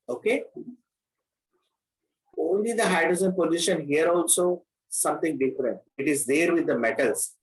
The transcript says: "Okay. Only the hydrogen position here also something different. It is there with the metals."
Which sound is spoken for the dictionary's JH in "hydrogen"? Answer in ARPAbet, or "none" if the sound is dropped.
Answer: Z